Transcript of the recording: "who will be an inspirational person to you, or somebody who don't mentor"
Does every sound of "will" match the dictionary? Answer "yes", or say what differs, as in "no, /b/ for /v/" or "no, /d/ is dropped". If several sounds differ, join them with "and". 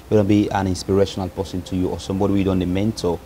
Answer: no, /n/ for /l/